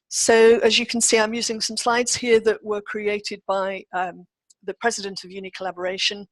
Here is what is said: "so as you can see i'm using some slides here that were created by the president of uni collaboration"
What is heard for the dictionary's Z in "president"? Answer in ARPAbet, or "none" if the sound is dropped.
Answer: Z